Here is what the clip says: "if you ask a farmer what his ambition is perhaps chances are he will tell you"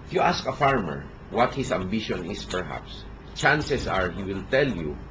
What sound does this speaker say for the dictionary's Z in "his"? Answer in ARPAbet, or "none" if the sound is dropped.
S